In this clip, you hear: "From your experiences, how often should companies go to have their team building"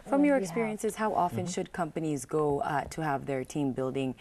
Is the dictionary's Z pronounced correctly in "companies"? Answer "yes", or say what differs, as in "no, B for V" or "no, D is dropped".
yes